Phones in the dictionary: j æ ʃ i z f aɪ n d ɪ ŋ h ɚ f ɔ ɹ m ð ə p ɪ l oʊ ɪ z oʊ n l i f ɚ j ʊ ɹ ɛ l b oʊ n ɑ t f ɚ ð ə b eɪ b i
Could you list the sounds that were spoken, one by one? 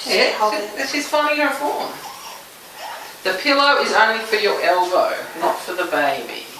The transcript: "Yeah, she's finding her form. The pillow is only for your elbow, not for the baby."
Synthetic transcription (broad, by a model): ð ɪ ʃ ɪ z f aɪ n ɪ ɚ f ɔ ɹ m ð ə p ɪ l oʊ ɪ z oʊ n l i f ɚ j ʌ ɹ ɛ l b oʊ n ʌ t f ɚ ð ə b eɪ b i